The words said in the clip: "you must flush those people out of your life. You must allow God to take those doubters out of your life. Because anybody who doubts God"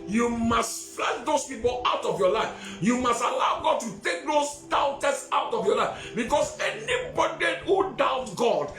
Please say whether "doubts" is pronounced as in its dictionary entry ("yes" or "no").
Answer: no